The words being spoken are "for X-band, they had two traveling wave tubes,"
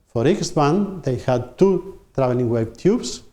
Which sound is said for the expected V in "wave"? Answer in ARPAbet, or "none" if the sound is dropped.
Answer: B